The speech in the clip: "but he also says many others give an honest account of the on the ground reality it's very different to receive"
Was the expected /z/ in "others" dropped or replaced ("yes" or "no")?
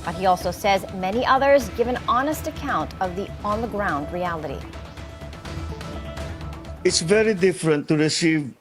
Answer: no